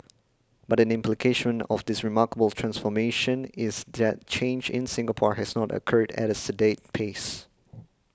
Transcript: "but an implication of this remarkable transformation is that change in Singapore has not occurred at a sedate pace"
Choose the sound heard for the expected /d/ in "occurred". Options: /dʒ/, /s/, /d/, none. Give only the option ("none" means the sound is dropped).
/d/